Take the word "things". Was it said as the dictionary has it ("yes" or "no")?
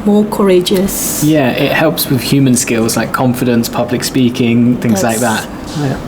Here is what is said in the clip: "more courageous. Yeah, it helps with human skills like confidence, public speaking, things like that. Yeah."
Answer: yes